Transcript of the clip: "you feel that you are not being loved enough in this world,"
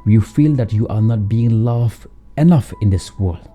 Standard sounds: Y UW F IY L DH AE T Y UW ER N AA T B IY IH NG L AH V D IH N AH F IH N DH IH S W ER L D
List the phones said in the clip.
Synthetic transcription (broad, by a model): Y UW F IY L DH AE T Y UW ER N AA T B IY IH NG L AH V IH N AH F IH N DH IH S W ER L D